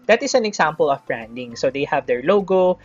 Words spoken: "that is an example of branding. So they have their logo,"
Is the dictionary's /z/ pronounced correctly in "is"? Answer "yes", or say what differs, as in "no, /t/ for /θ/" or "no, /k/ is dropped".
no, /s/ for /z/